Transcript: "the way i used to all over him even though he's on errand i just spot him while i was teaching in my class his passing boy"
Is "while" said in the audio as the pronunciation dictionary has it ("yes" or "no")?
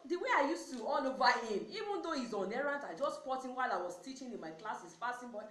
yes